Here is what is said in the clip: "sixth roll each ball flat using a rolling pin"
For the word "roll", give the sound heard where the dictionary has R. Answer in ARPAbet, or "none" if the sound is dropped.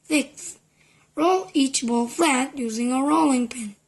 R